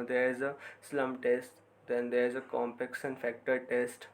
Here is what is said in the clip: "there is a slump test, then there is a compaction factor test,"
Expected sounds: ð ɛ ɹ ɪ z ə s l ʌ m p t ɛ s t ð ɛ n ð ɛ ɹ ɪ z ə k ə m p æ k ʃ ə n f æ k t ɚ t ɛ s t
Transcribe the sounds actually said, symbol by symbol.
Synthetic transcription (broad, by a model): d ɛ ɹ ɪ z ə s l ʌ m t ɛ s t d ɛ n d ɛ ɹ ɪ z ə k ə m p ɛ k s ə n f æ k t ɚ t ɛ s t